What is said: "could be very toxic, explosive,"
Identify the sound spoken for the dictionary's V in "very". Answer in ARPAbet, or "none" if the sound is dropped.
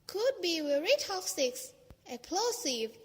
W